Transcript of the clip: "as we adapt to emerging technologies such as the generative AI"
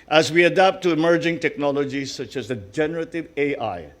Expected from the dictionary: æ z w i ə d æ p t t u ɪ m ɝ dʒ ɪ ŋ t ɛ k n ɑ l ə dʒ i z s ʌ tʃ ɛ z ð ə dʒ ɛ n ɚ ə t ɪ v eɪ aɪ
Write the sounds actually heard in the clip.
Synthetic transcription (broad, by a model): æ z w i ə d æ p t t u ɪ m ɝ dʒ ɪ ŋ t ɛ k n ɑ l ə dʒ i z s ʌ tʃ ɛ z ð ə dʒ ɛ n ɚ ə t ɪ v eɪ aɪ